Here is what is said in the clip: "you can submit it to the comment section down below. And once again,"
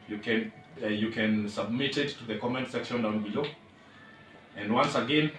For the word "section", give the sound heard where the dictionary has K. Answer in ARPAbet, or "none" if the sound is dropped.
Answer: K